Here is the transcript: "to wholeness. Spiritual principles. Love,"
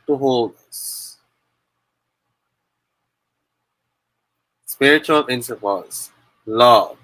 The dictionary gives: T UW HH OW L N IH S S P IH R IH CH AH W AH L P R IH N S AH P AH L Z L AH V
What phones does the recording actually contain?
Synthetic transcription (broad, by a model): T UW HH OW L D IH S S P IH R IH CH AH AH L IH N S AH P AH Z L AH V